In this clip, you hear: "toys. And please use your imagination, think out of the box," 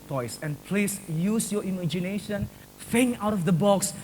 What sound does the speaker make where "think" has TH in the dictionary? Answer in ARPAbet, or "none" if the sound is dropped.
F